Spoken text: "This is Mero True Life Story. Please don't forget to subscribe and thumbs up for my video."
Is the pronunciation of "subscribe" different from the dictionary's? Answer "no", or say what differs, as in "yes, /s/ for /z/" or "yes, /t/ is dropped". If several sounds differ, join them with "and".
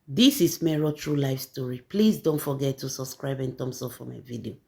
no